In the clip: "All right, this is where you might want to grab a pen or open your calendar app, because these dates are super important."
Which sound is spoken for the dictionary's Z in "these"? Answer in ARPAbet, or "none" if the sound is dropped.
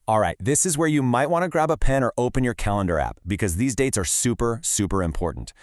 Z